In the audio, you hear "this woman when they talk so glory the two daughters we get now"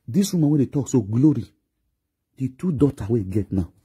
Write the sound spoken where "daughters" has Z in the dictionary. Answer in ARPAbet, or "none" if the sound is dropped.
none